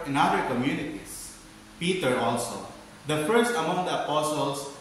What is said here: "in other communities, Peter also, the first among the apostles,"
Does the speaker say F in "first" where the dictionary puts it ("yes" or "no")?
yes